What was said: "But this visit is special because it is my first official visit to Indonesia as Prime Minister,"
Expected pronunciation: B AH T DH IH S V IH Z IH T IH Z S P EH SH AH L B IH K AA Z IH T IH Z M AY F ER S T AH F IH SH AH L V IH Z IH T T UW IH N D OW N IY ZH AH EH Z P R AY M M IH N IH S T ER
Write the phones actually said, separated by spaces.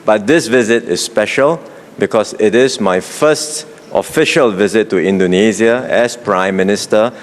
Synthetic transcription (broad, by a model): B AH T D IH S V IH Z IH T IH S P EH SH AH L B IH K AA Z IH T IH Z M AY F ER S T AH F IH SH AH L V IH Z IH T T UW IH N D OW N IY Z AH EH S P R AY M M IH N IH S T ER